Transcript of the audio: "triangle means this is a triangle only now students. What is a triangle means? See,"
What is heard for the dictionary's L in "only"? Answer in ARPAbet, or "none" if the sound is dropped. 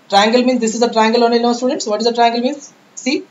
none